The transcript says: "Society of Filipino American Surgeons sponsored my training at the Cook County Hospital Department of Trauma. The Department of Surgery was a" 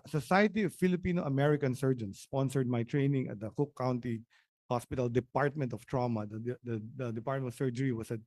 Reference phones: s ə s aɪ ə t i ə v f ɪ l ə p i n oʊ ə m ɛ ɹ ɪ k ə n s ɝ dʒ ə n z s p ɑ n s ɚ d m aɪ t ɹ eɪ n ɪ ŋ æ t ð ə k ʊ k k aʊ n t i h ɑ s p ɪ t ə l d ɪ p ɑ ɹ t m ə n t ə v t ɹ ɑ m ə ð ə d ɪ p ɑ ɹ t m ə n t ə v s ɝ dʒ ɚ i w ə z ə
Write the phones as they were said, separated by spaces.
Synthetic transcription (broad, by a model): s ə s aɪ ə t i ə v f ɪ l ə p i n oʊ ə m ɛ ɹ ɪ k ə n s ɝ dʒ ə n s ɑ n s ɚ d m aɪ t ɹ eɪ n ɪ ŋ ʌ t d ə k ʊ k k aʊ n t i h ɑ s p ɪ t ə l d ɪ p ɑ ɹ t m ə n t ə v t ɹ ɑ m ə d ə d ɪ p ɑ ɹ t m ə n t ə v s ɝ dʒ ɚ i w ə s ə